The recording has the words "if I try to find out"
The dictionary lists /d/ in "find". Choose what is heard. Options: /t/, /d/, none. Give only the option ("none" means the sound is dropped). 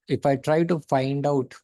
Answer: /d/